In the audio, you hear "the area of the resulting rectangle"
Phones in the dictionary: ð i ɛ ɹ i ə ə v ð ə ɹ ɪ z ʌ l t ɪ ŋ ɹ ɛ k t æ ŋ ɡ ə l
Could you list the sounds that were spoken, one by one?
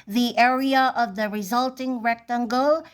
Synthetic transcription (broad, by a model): ð i ɛ ɹ i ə ə v ð ə ɹ ɪ z ʌ l t ɪ ŋ ɹ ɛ k t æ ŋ ɡ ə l